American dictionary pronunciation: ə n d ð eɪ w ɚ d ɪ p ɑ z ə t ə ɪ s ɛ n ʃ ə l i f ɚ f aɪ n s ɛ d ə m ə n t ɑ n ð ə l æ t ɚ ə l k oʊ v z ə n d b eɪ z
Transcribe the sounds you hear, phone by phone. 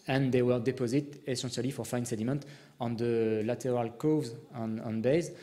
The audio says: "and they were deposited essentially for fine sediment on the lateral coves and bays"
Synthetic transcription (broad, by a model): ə n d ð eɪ w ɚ d ɪ p ɑ z ə t ə s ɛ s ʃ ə l i f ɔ f aɪ n s ɛ d ə m ə n t ɑ n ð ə l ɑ t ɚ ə l k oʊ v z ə n b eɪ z